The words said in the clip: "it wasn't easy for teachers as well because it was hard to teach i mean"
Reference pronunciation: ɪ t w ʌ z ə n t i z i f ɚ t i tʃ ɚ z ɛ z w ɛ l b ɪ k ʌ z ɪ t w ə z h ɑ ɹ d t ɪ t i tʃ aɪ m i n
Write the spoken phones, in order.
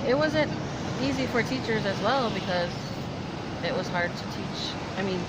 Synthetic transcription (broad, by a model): ɪ t w ʌ z ə n t i z i f ɚ t i tʃ ɚ z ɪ z w ɛ l b ɪ k ʌ z ɪ t w ə z h ɑ ɹ d t ɪ t i tʃ aɪ m i n